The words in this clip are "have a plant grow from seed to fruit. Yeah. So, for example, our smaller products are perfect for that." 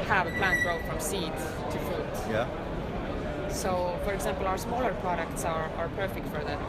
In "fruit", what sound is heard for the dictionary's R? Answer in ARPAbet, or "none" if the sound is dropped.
none